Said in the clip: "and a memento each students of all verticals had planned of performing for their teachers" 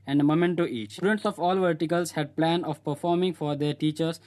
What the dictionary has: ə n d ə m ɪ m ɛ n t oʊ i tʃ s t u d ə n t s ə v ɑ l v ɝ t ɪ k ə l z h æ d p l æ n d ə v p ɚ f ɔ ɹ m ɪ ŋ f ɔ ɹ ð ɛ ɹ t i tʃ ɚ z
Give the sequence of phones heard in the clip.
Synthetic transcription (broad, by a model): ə n d ə m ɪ m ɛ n t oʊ i tʃ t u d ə n t s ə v ɑ l v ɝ t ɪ k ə l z h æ d p l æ n ə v p ɚ f ɔ ɹ m ɪ ŋ f ɔ ɹ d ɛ ɹ t i tʃ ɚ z